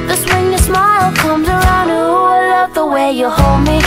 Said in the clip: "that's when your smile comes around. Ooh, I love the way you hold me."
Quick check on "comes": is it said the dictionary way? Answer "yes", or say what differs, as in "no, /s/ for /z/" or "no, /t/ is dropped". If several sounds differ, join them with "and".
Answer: yes